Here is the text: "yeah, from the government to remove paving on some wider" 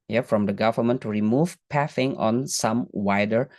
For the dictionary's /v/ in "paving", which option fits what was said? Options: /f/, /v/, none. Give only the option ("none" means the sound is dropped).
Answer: /f/